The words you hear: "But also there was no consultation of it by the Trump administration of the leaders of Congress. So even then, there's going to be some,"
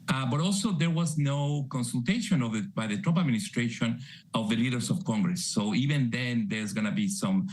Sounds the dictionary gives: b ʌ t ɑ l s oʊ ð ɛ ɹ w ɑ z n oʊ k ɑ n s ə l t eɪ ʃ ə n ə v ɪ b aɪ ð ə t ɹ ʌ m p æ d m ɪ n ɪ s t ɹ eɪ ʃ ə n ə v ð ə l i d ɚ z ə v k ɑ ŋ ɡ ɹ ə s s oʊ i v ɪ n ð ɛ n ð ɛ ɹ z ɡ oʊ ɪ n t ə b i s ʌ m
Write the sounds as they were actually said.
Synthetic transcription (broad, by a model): b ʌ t ɑ l s oʊ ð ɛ ɹ w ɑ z n oʊ k ɑ n s ə l t eɪ ʃ ə n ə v ɪ b aɪ ð ə t ɹ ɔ p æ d m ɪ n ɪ s t ɹ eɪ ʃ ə n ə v ð ə l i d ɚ s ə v k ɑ ŋ ɡ ɹ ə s s oʊ i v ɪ n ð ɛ n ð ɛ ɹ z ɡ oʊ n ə b i s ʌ m